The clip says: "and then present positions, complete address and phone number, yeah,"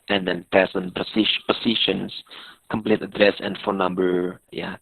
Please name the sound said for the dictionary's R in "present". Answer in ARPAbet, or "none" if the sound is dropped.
none